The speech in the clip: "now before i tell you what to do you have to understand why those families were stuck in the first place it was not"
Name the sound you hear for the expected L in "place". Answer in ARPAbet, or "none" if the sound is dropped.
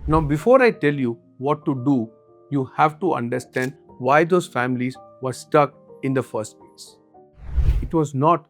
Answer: none